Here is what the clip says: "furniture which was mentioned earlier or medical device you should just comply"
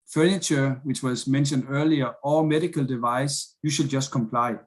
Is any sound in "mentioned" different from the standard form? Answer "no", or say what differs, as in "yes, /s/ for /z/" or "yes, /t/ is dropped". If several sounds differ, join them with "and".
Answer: no